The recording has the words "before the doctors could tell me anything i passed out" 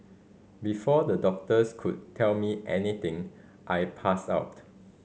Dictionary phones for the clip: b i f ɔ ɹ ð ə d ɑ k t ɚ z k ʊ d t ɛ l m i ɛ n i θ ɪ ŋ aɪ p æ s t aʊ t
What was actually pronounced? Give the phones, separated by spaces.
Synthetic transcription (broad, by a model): b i f ɔ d ə d ɑ k t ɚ s k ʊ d t ɛ l m i ɛ n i t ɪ ŋ aɪ p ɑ s aʊ t